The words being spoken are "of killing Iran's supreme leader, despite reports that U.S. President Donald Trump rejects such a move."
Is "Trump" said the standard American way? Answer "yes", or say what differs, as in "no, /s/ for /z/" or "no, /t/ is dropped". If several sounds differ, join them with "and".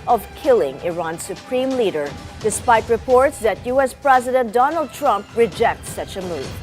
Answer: yes